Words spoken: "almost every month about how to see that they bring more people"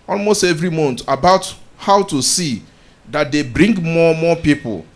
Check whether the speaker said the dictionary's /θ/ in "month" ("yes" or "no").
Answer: no